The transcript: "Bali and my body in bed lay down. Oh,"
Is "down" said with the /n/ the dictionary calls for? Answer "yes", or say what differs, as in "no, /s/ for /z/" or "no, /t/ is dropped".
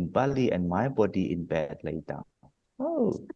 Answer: no, /n/ is dropped